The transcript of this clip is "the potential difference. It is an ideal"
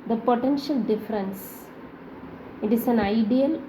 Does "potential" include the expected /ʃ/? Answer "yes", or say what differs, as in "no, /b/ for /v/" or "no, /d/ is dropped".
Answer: yes